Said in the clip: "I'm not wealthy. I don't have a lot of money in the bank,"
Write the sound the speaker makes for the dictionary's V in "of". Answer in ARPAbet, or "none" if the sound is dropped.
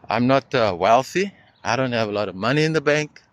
V